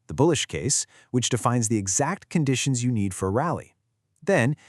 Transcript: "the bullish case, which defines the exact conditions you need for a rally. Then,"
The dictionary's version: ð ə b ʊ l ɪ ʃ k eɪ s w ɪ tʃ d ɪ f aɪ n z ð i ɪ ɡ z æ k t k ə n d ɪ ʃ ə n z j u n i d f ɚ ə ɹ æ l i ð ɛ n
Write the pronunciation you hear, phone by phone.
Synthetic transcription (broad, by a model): ð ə b ʊ l ɪ ʃ k eɪ s w ɪ tʃ d ɪ f aɪ n z ð i ɪ ɡ z æ k t k ə n d ɪ ʃ ə n z j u n i d f ɚ ɹ æ l i ð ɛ n